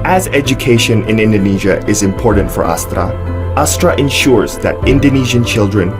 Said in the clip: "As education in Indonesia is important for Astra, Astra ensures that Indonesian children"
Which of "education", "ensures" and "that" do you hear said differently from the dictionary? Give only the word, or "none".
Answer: none